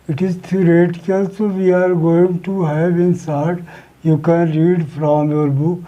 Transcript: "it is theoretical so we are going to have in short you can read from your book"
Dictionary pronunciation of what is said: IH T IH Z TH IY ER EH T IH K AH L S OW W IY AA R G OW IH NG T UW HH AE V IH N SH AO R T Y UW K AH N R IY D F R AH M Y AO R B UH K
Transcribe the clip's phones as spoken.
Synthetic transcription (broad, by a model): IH T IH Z T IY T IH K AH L S OW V IY AA R G OW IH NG T UW HH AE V IH N S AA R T Y UW K AH N R IY D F R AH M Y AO R B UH K